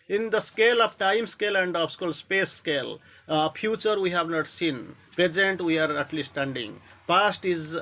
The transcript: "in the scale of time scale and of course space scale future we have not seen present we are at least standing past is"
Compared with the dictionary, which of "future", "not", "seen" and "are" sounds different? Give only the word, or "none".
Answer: future